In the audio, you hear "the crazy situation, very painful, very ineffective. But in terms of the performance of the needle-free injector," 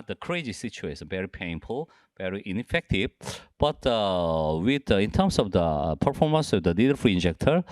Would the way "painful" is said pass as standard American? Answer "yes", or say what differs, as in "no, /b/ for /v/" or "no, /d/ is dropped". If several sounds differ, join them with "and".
yes